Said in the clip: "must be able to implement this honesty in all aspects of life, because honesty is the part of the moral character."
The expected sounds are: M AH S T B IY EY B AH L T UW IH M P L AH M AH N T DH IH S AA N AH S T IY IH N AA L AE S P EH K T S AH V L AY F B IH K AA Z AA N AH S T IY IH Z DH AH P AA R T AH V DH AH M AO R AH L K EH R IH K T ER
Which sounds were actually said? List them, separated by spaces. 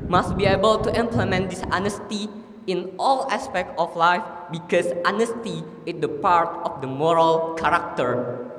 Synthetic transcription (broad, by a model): M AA S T B IY EY B AH L T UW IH M P L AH M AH N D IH S AA N AH S T IY IH N AA L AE S P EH K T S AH F L AY F B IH K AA S AA N AH S T IY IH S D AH P AA R T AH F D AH M AO R AH L K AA R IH K T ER